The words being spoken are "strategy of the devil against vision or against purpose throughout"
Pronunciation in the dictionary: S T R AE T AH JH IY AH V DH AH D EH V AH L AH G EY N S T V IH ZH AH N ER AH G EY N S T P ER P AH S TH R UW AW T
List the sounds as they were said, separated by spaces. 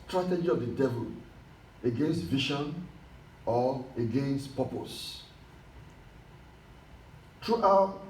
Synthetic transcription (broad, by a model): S T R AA T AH JH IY AH V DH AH D EH V AH L AH G EY N S T V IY SH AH N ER AH G EY N S T P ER P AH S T R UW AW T